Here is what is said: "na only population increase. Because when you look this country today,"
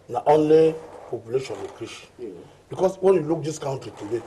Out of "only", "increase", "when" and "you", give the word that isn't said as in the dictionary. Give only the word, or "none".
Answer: increase